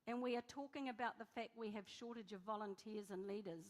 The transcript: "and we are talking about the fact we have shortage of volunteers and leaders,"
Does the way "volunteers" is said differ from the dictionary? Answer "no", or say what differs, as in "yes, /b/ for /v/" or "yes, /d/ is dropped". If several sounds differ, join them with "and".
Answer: no